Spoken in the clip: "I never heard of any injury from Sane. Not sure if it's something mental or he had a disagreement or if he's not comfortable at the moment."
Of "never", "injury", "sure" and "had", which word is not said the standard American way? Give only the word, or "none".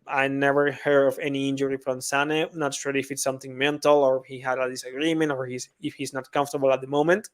sure